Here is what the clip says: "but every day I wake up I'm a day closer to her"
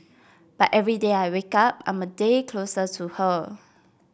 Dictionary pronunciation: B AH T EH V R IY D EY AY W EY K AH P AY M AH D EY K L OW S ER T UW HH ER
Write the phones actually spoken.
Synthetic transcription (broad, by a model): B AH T EH V R IY D EY AY W EY K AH P AY M AH D EY K L OW S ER T UW HH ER